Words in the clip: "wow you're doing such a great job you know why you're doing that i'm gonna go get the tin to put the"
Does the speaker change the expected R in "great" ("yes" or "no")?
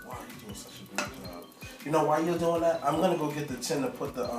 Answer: yes